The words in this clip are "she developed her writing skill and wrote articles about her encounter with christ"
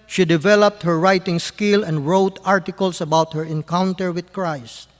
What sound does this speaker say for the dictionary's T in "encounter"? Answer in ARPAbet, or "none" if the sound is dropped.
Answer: T